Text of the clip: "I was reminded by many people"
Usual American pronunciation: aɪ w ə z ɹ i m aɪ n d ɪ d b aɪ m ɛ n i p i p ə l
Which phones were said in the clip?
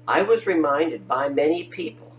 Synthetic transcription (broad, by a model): aɪ w ə z ɹ i m aɪ n d ɪ d b aɪ m ɛ n i p i p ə l